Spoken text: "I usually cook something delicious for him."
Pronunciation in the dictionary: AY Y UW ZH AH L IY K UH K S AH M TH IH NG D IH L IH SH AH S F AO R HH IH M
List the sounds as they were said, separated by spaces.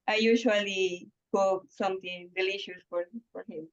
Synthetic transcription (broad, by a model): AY Y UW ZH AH L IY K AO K S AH M T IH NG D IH L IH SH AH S F AO R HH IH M